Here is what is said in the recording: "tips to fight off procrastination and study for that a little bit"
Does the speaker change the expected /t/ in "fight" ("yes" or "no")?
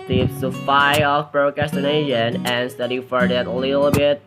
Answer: yes